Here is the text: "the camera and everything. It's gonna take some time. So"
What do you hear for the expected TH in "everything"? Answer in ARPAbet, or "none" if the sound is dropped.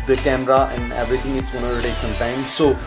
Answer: T